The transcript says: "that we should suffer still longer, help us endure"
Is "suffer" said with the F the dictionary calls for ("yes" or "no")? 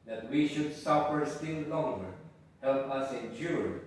no